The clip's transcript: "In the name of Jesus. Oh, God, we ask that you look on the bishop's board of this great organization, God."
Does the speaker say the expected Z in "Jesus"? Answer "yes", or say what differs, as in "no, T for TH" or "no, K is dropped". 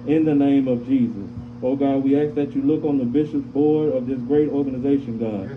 yes